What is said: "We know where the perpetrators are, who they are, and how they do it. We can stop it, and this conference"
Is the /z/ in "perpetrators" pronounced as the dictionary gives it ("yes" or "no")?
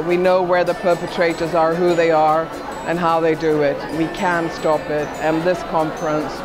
yes